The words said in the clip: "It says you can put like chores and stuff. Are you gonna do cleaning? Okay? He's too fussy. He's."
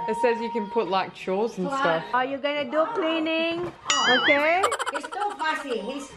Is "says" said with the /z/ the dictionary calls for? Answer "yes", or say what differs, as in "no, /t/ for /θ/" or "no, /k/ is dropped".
yes